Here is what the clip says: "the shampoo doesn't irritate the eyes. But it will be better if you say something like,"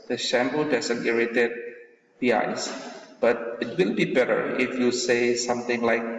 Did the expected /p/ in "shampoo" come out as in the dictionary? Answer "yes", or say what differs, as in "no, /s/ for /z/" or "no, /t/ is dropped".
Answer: no, /b/ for /p/